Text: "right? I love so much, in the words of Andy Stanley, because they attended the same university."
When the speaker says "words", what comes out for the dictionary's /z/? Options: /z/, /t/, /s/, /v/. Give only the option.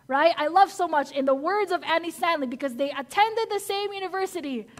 /z/